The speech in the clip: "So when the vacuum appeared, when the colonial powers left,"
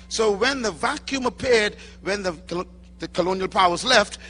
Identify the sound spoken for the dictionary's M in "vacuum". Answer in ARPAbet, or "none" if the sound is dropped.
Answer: M